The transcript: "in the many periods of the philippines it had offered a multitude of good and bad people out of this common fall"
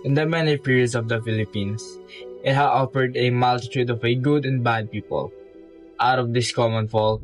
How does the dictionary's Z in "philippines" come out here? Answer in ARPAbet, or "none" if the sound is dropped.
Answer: S